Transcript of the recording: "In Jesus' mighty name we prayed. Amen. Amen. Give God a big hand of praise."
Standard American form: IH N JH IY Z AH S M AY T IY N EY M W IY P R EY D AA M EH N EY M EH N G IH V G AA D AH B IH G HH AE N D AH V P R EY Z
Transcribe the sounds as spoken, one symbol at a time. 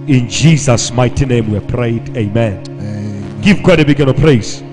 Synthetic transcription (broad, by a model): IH N JH IY Z AH S M AY T IY N EY M W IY P R EY AA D EY M EH N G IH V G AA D AH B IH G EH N AH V P R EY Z